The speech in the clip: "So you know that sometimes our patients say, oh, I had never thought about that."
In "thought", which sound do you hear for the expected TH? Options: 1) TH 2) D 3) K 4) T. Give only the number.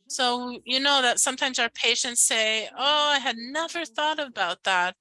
1